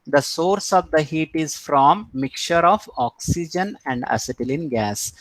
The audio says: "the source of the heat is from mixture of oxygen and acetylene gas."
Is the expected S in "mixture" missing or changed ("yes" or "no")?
yes